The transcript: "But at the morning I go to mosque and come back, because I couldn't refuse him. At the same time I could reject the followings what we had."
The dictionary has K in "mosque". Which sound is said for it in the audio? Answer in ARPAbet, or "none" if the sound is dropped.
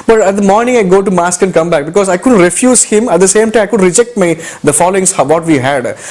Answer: K